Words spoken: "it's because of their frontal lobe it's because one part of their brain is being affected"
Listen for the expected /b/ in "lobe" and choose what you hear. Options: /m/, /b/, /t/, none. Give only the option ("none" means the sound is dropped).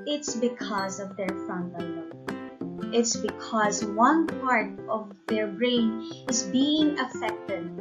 none